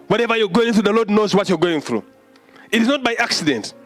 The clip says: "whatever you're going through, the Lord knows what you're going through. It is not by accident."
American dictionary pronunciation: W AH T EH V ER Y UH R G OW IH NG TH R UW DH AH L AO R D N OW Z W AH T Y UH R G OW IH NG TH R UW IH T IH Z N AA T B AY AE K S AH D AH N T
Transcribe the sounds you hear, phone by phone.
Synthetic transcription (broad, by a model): W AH T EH V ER Y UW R G OW IH NG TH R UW DH AH L AO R D N OW Z W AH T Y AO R G OW IH NG TH R UW IH T IH Z N AA T B AY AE K S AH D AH N T